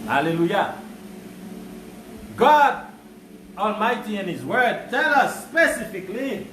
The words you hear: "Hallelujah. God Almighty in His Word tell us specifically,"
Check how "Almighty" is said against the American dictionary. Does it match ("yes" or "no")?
yes